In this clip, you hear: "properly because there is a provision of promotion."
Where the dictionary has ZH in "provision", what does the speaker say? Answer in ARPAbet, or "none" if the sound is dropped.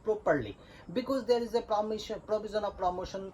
Z